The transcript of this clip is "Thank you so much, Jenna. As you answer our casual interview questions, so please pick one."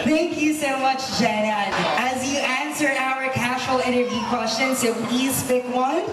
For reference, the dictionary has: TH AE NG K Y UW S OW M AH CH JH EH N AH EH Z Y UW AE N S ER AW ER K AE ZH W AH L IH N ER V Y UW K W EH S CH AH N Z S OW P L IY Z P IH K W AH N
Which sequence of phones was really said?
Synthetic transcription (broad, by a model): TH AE NG K Y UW S OW M AH CH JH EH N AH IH Z Y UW AE N S ER AW ER K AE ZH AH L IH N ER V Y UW K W EH S CH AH N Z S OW P L IY Z F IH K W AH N